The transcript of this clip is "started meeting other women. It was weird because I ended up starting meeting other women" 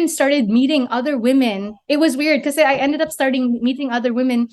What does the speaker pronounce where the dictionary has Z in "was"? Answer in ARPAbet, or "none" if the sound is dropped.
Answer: Z